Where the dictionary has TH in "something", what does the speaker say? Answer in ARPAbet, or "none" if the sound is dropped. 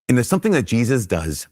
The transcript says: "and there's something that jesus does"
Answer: TH